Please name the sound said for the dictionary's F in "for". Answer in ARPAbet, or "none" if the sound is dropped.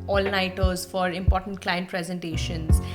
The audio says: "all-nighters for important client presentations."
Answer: F